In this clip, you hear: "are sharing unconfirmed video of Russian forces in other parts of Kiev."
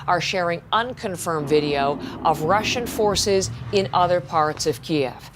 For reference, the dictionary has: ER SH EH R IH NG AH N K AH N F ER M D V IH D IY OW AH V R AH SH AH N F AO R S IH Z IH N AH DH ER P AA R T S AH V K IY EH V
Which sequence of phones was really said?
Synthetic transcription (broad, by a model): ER SH EH R IH NG AH N K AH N F ER M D V IH D IY OW AH V R AH SH AH N F AO R S IH Z IH N AH DH ER P AA R T S AH V K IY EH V